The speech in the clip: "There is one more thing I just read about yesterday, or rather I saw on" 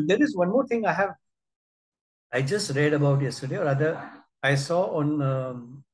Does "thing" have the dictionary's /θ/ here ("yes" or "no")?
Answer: no